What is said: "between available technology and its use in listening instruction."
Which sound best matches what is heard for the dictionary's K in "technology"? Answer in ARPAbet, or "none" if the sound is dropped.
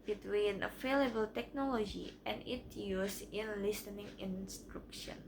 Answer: K